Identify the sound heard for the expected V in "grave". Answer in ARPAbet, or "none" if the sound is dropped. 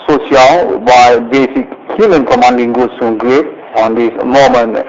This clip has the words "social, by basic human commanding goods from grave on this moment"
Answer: P